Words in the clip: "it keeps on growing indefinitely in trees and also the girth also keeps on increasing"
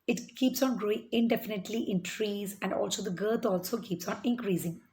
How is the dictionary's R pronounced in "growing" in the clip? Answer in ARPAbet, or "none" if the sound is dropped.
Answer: R